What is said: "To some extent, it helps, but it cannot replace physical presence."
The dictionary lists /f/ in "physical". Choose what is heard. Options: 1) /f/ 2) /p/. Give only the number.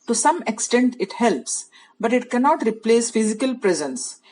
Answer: 1